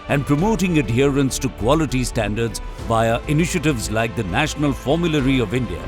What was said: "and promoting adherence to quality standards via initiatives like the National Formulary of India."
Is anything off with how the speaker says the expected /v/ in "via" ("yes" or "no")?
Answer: yes